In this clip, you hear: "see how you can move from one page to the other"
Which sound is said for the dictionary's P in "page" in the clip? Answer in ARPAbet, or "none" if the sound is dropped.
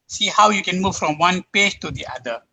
P